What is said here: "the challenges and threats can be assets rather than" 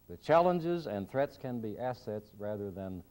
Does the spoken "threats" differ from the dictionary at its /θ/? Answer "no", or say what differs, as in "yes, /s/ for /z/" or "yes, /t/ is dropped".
no